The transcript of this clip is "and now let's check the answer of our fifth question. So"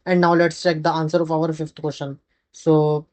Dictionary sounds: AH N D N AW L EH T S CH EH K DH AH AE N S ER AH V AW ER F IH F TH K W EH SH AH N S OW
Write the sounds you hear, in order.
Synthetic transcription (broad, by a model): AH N D N AW L EH T S CH EH K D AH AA N S ER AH F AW ER F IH F T K W EH SH AH N S OW